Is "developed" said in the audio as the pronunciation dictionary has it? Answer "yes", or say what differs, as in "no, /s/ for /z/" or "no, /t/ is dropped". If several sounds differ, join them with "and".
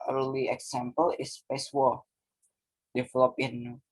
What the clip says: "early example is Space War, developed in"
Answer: no, /t/ is dropped